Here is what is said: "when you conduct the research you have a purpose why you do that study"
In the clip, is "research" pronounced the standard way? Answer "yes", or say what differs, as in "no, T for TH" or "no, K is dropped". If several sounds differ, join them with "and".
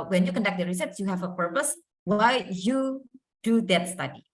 no, S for CH